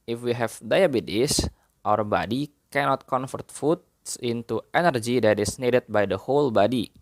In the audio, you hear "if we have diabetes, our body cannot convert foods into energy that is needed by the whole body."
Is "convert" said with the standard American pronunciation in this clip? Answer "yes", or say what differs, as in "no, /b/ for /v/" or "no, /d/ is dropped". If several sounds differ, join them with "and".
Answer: no, /f/ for /v/